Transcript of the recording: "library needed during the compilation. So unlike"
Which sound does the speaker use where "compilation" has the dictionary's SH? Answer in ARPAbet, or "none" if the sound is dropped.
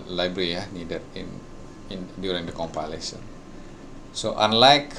S